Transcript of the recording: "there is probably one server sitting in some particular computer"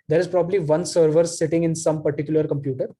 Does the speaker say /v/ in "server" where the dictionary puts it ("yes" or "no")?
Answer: yes